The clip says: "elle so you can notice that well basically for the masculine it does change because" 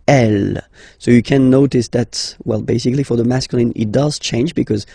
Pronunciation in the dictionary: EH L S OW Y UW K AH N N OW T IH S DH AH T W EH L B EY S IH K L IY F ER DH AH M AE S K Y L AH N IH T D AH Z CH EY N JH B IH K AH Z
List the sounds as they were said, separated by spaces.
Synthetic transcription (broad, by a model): EH L S OW Y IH K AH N N OW T IH S DH AH T W EH L B EY S IH K L IY F ER DH AH M AE S K Y L AH N IH T D AH Z CH EY N JH B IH K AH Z